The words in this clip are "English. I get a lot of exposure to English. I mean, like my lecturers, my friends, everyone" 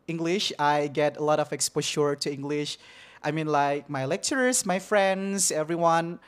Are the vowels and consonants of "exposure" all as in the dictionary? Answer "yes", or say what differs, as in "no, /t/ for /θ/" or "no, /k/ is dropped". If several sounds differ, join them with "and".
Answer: no, /ʃ/ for /ʒ/